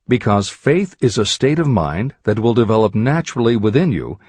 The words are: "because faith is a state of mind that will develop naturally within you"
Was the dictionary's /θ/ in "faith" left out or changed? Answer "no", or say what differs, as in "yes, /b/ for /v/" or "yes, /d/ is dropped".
no